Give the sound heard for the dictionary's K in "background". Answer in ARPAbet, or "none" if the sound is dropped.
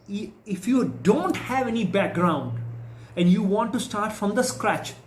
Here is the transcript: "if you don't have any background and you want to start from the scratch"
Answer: K